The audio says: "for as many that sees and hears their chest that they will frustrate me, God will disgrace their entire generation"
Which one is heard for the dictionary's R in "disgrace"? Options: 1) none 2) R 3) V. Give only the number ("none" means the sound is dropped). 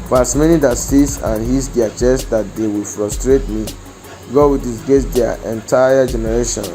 1